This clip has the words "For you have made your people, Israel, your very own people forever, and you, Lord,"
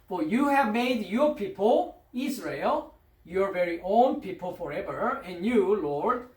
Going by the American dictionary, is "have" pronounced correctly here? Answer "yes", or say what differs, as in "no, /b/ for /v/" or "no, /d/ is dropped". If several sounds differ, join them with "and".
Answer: yes